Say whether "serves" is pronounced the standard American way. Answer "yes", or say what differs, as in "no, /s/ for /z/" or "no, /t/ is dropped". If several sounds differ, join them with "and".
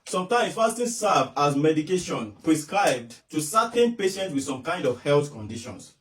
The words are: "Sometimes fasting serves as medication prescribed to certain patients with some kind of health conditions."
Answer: no, /z/ is dropped